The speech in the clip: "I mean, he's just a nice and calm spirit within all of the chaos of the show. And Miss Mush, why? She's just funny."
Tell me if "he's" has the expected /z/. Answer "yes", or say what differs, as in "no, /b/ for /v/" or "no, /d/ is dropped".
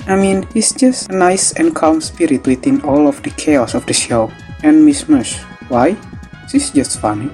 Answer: no, /s/ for /z/